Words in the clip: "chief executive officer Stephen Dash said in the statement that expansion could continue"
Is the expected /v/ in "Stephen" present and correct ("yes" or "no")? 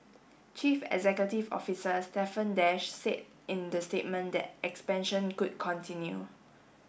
no